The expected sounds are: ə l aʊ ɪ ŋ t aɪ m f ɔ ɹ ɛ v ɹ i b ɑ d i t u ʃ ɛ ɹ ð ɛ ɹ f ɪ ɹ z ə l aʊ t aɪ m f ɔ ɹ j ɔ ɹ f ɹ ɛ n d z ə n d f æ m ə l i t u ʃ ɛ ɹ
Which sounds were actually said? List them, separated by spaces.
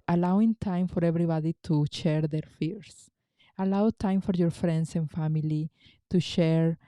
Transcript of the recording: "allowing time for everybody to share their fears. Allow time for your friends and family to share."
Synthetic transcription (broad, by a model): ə l aʊ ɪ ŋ t aɪ m f ɔ ɹ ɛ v ɹ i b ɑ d i t u ʃ ɛ ɹ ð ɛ ɹ f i ɹ s ə l aʊ t aɪ m f ɔ ɹ j ɔ ɹ f ɹ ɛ n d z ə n f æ m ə l i t u ʃ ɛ ɹ